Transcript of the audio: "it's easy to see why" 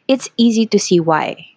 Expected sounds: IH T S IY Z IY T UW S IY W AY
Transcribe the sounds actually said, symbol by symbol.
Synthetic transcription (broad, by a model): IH T S IY Z IY T UW S IY W AY